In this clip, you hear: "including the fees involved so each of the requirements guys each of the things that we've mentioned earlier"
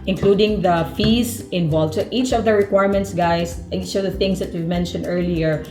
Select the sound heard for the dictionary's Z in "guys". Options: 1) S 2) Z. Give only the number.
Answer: 1